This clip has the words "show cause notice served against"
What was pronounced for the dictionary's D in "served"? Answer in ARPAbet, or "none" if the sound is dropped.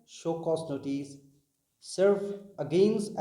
none